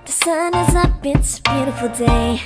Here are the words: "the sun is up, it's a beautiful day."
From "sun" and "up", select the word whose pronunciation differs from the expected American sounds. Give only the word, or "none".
up